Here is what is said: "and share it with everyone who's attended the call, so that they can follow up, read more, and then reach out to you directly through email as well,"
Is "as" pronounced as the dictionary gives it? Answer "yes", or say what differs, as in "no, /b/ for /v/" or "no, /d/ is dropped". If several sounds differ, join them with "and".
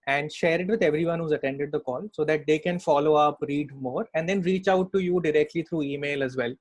yes